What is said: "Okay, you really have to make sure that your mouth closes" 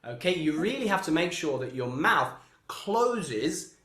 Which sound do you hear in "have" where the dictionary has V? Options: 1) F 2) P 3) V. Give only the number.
1